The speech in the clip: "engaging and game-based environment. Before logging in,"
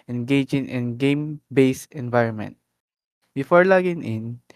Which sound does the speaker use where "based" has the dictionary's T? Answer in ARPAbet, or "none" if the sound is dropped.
none